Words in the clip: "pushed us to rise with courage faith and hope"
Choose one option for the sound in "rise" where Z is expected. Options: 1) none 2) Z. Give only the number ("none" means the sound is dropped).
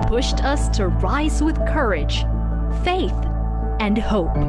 2